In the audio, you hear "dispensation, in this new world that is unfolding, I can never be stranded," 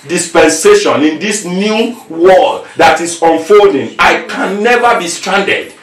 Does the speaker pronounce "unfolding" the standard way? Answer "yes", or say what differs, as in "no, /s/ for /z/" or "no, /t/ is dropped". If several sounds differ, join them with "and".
yes